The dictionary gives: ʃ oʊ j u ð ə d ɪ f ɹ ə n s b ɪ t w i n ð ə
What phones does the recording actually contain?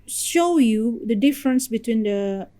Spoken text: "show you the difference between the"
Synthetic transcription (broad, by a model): ʃ oʊ j u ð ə d ɪ f ɹ ə n s b ɪ t w i n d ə